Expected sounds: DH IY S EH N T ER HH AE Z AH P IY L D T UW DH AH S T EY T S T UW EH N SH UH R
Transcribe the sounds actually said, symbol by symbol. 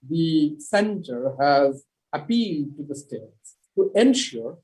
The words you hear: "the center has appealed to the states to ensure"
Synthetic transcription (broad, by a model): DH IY S EH N T ER HH AE Z AH P IY L D T UW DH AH S T EY T S T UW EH N SH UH R